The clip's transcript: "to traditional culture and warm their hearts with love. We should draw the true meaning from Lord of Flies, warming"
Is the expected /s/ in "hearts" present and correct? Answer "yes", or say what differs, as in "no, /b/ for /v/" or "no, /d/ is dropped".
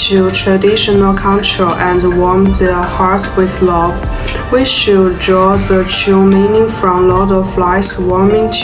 no, /s/ is dropped